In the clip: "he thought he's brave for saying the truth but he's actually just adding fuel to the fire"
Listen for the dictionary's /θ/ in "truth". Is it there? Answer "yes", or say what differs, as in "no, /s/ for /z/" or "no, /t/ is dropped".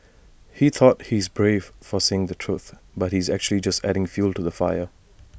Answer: yes